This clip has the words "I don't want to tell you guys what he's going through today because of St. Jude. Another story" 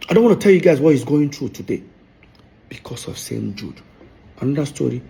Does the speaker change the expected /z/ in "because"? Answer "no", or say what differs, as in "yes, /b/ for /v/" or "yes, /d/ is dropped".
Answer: yes, /s/ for /z/